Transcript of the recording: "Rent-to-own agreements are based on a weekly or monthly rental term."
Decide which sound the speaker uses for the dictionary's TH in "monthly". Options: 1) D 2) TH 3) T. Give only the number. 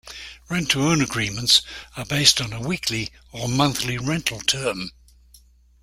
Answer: 2